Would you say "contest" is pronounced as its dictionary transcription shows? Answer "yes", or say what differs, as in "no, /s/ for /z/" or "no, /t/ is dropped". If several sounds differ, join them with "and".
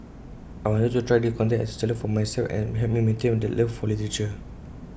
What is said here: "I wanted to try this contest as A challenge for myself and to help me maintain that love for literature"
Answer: no, /s/ is dropped